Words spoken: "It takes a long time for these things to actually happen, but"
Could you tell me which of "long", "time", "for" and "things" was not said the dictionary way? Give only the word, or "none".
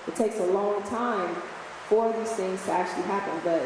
none